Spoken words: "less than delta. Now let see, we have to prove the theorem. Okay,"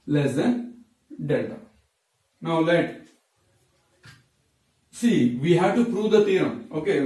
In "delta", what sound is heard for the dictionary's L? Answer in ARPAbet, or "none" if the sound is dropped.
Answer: none